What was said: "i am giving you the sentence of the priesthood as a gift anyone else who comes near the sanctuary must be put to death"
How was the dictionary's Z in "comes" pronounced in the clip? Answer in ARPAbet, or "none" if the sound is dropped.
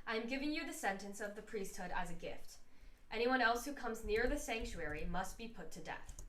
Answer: Z